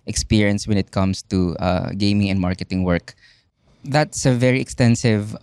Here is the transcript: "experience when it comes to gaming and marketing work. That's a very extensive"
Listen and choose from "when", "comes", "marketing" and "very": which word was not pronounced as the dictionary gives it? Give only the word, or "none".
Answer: comes